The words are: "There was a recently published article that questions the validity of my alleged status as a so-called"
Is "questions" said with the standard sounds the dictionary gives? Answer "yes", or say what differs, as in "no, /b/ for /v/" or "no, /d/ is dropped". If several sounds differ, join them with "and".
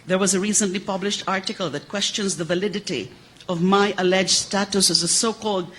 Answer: yes